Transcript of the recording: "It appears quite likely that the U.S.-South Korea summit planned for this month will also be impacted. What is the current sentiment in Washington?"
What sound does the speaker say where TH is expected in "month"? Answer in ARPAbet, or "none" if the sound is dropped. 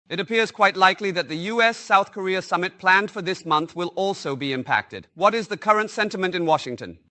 TH